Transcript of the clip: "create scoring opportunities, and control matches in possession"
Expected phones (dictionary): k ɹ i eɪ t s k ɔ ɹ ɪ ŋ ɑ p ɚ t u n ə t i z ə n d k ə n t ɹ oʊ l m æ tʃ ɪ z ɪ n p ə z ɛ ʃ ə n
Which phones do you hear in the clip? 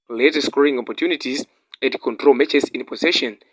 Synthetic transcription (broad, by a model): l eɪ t s k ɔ ɪ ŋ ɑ p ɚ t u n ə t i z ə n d k ə n t ɹ oʊ l m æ tʃ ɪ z ɪ n p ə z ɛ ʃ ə n